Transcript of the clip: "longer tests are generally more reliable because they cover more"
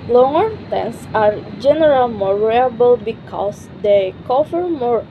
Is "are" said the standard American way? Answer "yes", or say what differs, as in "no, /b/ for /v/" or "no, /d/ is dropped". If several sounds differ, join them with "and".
yes